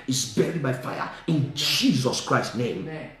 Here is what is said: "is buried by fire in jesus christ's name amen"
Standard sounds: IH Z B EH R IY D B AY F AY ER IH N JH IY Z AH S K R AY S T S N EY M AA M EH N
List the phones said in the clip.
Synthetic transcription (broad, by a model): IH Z B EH R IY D B AY F AY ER IH N JH IY Z AH S K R AY S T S N EY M M